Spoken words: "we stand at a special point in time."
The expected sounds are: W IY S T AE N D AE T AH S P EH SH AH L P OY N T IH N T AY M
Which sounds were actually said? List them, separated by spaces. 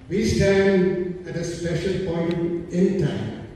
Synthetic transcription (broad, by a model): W IY S T AE N D AE T AH S P EH SH AH L P OY N T IH N T AY M